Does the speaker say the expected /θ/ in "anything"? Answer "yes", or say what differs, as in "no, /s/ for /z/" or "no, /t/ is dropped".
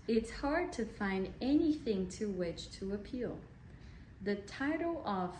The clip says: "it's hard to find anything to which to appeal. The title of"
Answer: yes